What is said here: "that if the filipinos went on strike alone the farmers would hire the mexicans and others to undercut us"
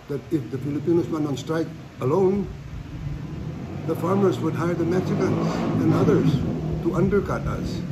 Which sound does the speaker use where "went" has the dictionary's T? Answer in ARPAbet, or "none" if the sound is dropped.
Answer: none